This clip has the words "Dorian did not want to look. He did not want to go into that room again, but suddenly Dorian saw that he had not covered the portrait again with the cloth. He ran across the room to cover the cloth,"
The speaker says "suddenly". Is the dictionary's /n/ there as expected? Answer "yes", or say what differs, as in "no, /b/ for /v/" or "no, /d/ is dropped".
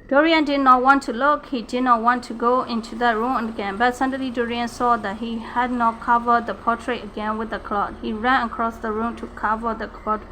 no, /n/ is dropped